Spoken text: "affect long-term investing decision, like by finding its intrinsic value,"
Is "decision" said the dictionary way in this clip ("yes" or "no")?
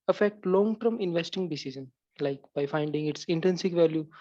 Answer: no